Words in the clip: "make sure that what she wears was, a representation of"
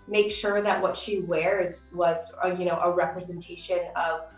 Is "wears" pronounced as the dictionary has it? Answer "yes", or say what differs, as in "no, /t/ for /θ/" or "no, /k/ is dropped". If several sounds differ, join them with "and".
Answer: yes